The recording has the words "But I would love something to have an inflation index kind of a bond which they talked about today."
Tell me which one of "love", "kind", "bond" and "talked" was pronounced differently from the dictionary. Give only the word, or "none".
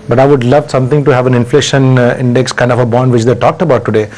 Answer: none